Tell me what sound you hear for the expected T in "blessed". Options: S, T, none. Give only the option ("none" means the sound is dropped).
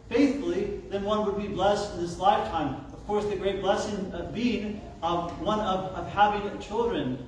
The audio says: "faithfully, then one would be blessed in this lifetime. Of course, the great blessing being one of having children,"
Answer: T